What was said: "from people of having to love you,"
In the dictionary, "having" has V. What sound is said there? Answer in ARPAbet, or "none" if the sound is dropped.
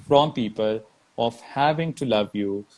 V